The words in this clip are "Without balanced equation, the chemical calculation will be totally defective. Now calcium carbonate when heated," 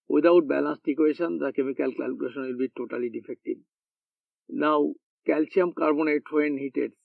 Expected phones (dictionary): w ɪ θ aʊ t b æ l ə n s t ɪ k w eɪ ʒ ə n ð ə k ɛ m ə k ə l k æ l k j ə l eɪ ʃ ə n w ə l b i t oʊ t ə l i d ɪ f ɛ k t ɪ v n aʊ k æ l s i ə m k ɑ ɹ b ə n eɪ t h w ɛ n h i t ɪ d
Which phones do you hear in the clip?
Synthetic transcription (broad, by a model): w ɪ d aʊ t b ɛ l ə n s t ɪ k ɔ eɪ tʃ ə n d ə k ɛ m ə k ə l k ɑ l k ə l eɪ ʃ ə n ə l b i t oʊ t ə l i d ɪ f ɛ k t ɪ b n aʊ k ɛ l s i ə m k ɑ ɹ b ə n eɪ t h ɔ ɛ n h i t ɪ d